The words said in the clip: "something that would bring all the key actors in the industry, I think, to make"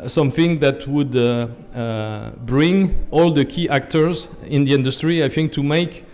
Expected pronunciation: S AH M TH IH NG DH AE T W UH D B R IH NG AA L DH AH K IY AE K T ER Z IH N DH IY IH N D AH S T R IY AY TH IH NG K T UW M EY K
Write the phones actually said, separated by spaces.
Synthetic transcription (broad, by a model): S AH M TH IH NG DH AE T W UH D B R IH NG AA L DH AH K IY AE K T ER Z IH N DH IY IH N D AH S T R IY AY TH IH NG K T UW M EY K